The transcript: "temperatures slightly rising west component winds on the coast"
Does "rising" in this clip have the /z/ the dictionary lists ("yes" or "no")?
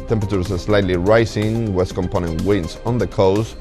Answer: no